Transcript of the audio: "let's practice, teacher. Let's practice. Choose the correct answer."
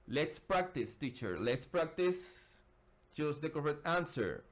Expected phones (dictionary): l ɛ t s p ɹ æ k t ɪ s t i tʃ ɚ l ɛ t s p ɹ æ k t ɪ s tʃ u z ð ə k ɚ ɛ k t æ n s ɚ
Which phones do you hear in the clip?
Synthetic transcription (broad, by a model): l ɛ t s p ɹ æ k t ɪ s t i tʃ ɚ l ɛ t s p ɹ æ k t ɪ s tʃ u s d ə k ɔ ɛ t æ n s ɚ